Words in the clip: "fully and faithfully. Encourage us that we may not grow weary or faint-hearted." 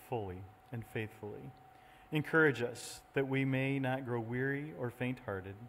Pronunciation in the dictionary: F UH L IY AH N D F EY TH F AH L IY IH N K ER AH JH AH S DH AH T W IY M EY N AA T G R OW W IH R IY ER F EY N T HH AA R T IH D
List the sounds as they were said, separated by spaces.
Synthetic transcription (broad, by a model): F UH L IY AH N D F EY TH F L IY IH N K ER AH JH AH S DH AH T W IY M EY N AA T G R OW W IH R IY ER F EY N T HH AA R T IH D